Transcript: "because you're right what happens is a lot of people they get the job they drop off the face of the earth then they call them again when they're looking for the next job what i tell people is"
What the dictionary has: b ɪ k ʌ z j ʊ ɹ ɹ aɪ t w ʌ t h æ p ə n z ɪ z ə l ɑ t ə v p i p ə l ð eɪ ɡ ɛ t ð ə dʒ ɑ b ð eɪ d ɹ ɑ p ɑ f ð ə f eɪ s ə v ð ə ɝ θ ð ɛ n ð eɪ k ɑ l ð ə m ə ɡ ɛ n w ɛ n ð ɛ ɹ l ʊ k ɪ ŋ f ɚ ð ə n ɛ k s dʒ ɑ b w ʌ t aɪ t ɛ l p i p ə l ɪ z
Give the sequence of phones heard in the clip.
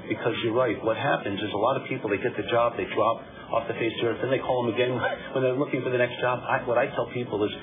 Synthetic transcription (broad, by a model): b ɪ k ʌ z j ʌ ɹ ɹ aɪ t w ʌ t h æ p ə n z ɪ z ə l ɑ t ə v p i p l ð eɪ ɡ ɛ t ð ə dʒ ɑ b ð eɪ d ɹ ɑ p ɑ f ð ə f eɪ s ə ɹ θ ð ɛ n ð eɪ k ɑ l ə m ə ɡ ɛ n w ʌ n ð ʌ ɹ l ʊ k ɪ ŋ f ɚ ð ə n ɛ k s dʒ ɑ b w ʌ t aɪ t ɛ l p i p l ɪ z